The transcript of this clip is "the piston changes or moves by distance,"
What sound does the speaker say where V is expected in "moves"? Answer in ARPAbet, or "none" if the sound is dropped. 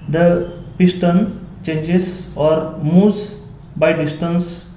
none